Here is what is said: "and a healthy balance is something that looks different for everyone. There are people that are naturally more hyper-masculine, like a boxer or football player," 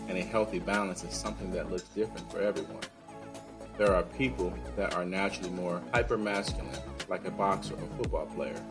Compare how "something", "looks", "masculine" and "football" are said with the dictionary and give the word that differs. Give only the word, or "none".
none